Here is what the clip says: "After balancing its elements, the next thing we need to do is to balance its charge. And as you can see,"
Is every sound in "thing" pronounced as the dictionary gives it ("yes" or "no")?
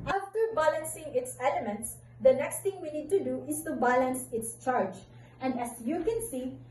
no